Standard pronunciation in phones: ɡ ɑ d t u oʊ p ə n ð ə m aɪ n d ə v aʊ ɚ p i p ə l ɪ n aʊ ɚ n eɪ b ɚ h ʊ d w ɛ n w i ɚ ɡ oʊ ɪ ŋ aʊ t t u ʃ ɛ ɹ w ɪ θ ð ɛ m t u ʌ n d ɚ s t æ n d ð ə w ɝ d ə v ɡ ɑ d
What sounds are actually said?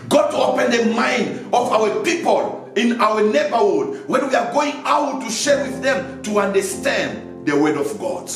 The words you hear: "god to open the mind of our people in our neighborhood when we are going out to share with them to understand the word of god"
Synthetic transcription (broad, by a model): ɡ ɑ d t u oʊ p ə n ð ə m aɪ n d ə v aʊ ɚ p i p ə l ɪ n aʊ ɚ n eɪ b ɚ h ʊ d w ɛ n w i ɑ ɡ oʊ ɪ ŋ aʊ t t u ʃ ɛ ɹ w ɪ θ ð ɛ m t u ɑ n d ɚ s t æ n d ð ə w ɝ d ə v ɡ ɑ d